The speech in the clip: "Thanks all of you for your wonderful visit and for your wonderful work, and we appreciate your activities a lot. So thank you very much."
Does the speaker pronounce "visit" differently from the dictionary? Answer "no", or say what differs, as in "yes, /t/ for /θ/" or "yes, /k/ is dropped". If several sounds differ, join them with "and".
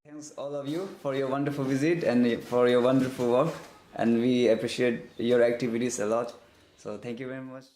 no